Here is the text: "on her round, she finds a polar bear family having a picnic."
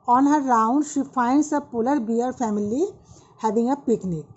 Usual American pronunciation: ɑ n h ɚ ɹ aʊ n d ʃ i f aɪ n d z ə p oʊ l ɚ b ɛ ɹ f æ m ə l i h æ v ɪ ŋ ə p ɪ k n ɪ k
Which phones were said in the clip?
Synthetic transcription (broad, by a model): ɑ n h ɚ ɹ aʊ n d ʃ i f aɪ n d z ə p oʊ l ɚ b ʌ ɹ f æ m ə l i h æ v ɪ ŋ ə p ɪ k n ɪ k